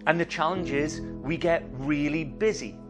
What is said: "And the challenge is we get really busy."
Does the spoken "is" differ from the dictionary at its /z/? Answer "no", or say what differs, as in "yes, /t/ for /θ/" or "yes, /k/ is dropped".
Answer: no